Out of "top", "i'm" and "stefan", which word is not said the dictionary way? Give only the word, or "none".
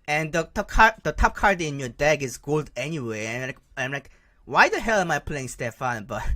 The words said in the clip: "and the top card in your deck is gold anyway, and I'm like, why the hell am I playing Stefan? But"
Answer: none